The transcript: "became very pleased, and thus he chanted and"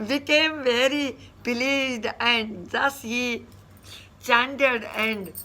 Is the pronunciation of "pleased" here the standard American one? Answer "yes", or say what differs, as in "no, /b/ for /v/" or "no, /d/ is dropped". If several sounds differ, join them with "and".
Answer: no, /b/ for /p/